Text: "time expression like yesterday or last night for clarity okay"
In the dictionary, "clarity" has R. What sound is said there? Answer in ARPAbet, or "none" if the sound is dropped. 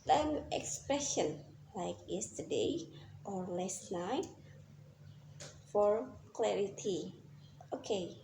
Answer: R